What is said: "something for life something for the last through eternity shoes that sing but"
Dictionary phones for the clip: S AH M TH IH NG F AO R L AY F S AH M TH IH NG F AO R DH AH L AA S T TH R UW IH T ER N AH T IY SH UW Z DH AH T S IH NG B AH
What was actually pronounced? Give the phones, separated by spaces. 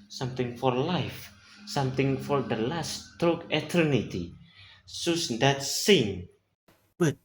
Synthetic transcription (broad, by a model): S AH M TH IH NG F AO R L AY F S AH M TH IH NG F AO R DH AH L AA S T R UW IH T ER N AH T IY S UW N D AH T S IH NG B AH